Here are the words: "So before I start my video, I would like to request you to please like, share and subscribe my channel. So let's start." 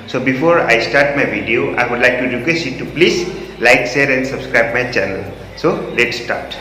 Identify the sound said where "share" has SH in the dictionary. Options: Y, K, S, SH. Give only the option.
S